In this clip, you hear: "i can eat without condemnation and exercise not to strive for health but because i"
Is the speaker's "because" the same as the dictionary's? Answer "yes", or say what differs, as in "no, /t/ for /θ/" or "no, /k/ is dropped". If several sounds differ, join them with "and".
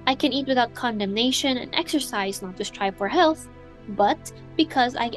yes